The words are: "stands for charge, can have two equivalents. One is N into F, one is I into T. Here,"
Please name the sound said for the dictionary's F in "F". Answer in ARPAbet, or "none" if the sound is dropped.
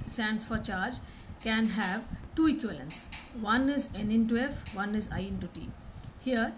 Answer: F